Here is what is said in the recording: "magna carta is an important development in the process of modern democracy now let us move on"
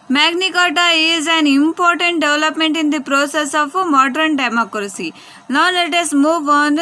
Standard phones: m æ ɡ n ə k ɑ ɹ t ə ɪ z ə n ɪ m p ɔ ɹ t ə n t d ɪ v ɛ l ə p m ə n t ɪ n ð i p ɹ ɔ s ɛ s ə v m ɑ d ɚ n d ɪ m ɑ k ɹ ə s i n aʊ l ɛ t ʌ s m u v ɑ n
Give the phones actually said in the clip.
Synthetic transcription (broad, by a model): m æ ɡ n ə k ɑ t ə ɪ z ə n ɪ m p ɔ ɹ t ə n t d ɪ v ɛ l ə p m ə n t ɪ n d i p ɹ ɔ s ɛ s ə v m ɑ d ɚ n d ɪ m ɑ k ɹ ə s i l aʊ n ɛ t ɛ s m u v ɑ n